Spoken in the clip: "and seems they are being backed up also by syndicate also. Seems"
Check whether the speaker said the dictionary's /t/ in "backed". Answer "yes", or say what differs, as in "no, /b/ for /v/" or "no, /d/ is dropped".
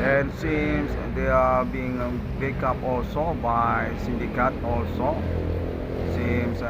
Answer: no, /t/ is dropped